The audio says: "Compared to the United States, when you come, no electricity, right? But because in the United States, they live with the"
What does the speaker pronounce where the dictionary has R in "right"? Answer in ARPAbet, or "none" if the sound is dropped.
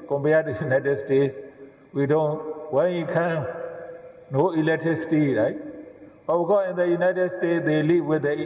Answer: R